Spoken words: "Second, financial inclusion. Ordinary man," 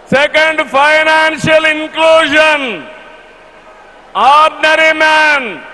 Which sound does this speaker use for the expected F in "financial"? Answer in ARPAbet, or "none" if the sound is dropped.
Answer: P